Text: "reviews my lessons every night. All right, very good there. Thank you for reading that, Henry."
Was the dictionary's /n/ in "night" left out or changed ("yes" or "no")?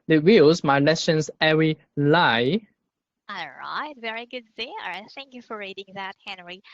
yes